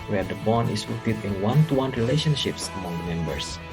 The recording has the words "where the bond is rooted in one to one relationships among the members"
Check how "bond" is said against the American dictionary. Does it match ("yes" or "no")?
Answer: no